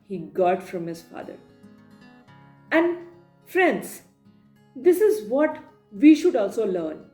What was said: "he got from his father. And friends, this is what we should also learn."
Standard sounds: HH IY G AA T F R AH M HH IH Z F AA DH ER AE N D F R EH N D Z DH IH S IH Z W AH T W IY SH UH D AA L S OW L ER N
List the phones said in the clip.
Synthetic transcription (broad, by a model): HH IY G AA T F R AH M HH IH Z F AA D ER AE N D F R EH N D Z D IH S IH Z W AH T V IY SH UH D AA L S OW L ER N